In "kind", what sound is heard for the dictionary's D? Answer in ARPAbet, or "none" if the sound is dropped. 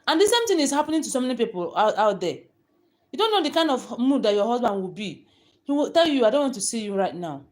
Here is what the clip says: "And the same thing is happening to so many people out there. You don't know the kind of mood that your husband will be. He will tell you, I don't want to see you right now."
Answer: D